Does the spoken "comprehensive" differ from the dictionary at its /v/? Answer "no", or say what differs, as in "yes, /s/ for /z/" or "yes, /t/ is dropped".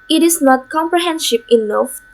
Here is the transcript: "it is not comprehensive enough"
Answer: yes, /p/ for /v/